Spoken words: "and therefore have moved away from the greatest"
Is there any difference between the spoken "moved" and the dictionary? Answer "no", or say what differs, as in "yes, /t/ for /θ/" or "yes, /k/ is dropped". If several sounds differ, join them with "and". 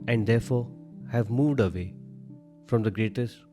no